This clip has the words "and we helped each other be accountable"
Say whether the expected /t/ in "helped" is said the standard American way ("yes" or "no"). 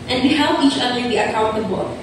no